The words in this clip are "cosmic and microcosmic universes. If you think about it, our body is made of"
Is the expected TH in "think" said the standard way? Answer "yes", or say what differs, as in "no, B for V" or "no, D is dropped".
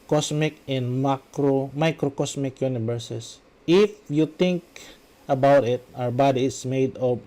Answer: no, T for TH